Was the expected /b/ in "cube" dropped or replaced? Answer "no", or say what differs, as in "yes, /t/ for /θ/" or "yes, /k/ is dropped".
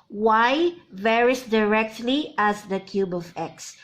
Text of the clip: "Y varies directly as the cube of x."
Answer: no